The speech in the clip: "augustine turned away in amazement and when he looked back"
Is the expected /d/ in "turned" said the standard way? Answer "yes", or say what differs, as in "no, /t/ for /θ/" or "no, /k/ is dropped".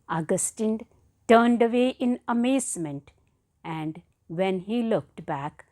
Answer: yes